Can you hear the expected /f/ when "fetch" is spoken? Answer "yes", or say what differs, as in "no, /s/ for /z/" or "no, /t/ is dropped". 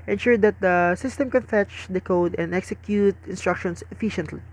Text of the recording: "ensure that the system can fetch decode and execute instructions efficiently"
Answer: yes